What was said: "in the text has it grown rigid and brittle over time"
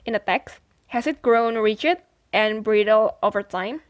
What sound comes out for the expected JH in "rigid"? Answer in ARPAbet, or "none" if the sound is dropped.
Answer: CH